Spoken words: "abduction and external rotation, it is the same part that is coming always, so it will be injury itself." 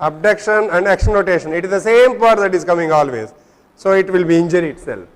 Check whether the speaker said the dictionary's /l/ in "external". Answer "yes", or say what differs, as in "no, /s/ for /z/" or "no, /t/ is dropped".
no, /n/ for /l/